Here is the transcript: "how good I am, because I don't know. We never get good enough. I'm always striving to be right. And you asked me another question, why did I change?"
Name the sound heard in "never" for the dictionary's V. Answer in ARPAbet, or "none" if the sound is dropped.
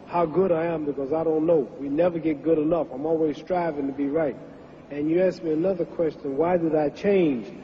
V